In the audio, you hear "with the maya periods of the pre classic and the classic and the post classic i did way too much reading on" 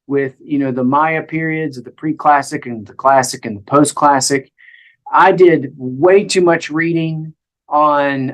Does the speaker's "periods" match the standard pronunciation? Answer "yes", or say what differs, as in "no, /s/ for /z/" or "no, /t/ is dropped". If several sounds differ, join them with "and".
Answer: yes